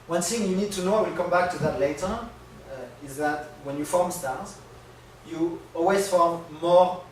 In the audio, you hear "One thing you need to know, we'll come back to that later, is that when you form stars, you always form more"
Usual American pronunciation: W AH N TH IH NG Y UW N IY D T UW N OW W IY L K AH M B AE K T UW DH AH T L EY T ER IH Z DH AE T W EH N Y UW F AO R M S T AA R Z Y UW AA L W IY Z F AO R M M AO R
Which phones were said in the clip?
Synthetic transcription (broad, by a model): W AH N TH IH NG Y UW N IY D T UW N OW W IY L K AH M B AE K T UW DH AH T L EY T ER IH Z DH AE T W EH N Y UW F AO R M S T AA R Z Y UW AA L W IY Z F AO R M M AO R